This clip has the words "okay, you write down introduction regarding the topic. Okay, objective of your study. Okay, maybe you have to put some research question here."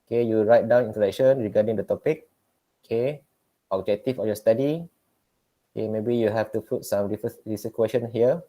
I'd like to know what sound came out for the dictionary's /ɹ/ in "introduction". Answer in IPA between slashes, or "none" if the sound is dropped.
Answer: none